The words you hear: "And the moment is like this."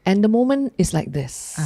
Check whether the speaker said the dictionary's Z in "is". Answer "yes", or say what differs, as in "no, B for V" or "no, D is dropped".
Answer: no, S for Z